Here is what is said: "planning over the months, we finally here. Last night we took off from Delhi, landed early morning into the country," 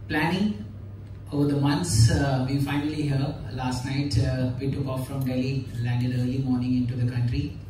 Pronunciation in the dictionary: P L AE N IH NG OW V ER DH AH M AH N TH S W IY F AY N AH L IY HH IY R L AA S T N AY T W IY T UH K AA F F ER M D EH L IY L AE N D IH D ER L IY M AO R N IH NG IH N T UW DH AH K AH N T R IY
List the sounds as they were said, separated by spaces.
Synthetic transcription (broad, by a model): P L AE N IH NG OW V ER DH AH M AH N T S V IY F AY N AH L IY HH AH L AA S T N AY T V IY T UH K AA F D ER M D EH L IY L AE N D IH D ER L IY M AO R N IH NG IH N T UW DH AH K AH N T R IY